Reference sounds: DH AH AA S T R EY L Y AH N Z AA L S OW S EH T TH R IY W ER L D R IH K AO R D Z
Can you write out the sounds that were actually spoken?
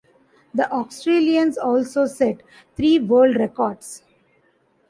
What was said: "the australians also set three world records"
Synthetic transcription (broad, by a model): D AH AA S T R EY L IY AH N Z AA L S OW S EH T T R IY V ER L D R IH K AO R D S